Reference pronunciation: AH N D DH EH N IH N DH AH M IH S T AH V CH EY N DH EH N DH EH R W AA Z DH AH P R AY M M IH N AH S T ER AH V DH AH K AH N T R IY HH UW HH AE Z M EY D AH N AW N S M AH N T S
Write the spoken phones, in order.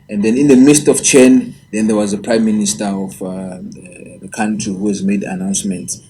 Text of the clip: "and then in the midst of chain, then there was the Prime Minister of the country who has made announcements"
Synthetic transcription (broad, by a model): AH N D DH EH N IH N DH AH M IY S T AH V CH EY N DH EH N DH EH W AA Z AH P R AY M M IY N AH S T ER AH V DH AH K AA N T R IY HH UW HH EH Z M EY D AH N AW N S M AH N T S